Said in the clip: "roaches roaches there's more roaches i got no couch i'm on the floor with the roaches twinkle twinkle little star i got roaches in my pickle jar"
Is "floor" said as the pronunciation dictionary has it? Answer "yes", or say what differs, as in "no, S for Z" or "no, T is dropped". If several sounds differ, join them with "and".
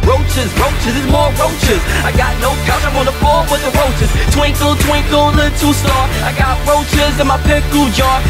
no, L is dropped